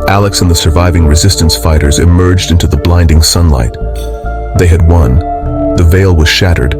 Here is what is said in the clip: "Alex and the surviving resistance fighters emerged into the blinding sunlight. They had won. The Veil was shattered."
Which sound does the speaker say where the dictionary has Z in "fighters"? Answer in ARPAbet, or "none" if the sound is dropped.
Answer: Z